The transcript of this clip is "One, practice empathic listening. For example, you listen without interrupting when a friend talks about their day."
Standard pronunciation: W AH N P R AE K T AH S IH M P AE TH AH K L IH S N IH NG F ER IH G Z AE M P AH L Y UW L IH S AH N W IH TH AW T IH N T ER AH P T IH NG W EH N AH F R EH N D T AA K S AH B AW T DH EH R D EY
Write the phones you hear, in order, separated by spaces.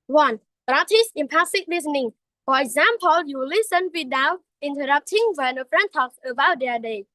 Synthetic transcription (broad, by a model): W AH N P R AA T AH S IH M P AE S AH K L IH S N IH NG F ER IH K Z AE M P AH L Y UW L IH S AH N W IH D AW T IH N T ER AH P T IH NG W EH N AH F R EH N T AA K S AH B AW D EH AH D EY